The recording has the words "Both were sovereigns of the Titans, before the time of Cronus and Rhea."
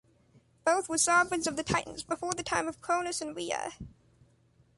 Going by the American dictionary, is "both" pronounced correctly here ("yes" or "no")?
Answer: yes